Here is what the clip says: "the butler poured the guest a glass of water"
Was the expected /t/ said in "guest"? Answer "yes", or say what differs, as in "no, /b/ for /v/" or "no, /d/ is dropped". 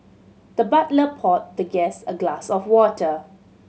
no, /t/ is dropped